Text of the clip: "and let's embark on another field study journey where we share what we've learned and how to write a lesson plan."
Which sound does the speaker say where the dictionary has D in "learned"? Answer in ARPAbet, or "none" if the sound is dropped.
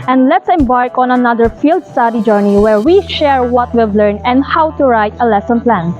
none